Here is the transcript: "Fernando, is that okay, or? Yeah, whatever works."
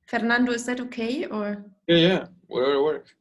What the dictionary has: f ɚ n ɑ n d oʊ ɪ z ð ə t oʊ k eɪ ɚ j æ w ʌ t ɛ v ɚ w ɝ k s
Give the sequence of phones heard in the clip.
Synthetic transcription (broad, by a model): f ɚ n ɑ n d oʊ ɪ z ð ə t oʊ k eɪ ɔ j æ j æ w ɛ ɚ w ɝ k